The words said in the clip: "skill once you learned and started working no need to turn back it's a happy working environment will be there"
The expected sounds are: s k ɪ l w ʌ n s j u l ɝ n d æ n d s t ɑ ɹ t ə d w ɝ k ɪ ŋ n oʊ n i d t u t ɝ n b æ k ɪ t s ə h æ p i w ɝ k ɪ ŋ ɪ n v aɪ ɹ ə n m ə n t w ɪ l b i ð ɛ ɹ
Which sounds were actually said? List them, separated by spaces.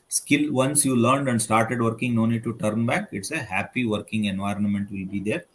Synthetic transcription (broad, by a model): s k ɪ l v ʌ n s j u l ɝ n d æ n d s t ɑ ɹ t ə d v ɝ k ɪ ŋ n oʊ n i d t u t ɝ n b æ k ɪ t s ə h æ p i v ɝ k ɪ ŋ ɪ n v aɪ ɹ ə n m ə n t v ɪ l b i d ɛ ɹ